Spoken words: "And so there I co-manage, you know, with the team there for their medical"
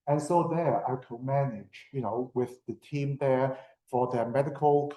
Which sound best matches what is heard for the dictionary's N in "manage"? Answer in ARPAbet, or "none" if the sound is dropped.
N